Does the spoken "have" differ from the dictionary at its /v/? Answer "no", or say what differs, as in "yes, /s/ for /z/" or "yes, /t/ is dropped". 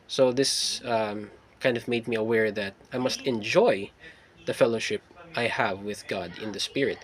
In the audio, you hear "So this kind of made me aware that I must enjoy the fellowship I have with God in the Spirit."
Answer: no